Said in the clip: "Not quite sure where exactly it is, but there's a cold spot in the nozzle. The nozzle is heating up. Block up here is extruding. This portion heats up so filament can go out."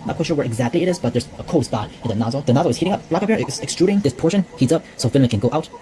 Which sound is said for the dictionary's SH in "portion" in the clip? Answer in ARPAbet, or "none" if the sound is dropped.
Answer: SH